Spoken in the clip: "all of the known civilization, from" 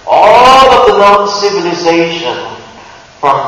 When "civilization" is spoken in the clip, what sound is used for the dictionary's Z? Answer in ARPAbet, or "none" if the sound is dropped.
Z